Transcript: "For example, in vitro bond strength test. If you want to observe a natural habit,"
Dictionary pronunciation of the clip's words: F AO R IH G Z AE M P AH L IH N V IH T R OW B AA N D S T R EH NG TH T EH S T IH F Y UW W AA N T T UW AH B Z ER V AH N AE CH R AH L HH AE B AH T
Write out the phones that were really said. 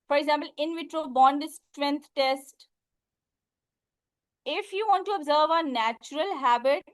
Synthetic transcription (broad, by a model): F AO R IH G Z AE M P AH L IH N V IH T R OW B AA N D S T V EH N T T EH S T IH F Y UW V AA N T T UW AH B Z ER V AH N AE CH R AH L HH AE B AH T